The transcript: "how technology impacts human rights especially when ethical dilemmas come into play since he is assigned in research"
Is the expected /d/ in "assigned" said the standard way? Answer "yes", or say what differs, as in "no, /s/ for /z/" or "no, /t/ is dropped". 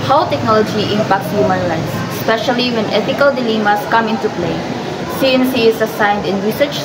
yes